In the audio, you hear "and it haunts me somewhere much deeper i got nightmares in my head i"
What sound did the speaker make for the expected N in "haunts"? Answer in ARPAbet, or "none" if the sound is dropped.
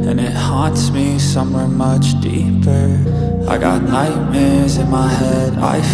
N